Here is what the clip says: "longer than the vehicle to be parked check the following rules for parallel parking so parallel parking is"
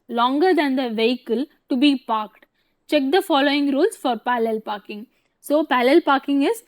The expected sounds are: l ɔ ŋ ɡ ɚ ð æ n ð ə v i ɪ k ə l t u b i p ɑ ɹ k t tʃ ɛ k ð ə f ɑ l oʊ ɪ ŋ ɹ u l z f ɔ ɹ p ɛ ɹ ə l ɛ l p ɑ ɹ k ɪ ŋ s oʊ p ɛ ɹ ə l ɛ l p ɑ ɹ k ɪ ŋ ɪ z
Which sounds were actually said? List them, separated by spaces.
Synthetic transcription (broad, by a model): l ɔ ŋ ɡ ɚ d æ n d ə v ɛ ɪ k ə l t u b i p ɑ ɹ k t tʃ ɛ k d ə f ɑ l oʊ ɪ ŋ ɹ u l s f ɔ ɹ p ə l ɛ l p ɑ ɹ k ɪ ŋ s oʊ p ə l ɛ l p ɑ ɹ k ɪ ŋ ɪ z